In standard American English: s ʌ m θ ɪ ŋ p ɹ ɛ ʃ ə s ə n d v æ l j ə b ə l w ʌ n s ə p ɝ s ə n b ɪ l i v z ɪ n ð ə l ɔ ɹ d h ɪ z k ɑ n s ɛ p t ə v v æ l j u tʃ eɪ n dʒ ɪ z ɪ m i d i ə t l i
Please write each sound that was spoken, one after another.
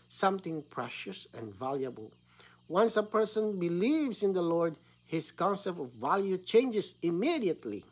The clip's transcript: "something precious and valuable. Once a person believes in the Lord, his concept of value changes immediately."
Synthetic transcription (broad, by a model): s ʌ m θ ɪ ŋ p ɹ ɛ ʃ ə s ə n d v æ l j ə b ə l w ʌ n s ə p ɝ s ə n b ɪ l i v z ɪ n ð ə l ɔ ɹ d h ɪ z k ɑ n s ɛ p t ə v v æ l j u tʃ eɪ n dʒ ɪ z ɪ m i d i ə t l i